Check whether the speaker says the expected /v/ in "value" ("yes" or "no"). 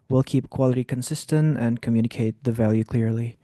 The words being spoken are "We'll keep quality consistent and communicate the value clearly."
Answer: yes